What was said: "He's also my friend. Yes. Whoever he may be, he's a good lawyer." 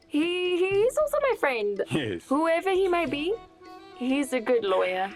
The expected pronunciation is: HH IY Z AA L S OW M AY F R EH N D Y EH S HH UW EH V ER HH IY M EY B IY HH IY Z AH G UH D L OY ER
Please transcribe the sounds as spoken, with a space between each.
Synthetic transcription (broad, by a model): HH IY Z AA L S OW M AY F R EH N D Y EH HH UW EH V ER HH IY M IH B IY HH IY Z AH G UH D L OY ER